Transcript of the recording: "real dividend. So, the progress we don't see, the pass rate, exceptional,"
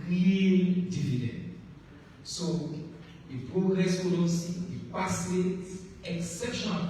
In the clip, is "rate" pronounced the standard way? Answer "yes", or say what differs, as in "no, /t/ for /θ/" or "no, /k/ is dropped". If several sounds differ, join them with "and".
no, /t/ is dropped